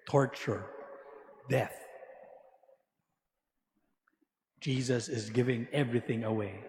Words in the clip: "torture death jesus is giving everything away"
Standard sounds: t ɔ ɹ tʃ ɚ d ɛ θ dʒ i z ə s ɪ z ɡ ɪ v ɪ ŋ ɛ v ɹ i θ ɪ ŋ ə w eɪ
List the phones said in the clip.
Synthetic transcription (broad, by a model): t ɔ ɹ tʃ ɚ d ɛ θ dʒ i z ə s ɪ z ɡ ɪ v ɪ ŋ ɛ v ɹ i θ ɪ ŋ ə w eɪ